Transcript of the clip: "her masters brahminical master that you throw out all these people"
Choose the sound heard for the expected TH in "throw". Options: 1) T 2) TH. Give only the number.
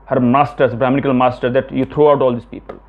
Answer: 1